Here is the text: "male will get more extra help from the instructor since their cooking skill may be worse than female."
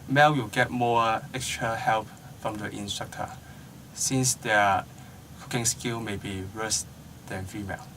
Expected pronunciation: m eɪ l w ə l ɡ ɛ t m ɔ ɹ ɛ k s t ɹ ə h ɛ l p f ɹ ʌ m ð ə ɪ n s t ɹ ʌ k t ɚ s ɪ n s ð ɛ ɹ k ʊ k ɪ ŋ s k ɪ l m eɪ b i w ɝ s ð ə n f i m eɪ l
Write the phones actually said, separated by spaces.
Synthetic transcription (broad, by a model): m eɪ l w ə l ɡ ɛ t m ɔ ɛ k s t ɹ ə h ɛ l p f ɹ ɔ m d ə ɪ n s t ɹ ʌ k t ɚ s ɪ n s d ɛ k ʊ k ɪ ŋ s k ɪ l m eɪ b i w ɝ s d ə n f i m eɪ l